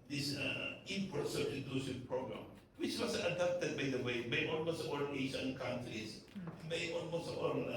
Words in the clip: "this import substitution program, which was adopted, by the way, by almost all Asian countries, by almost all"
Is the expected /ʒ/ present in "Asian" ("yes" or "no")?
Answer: no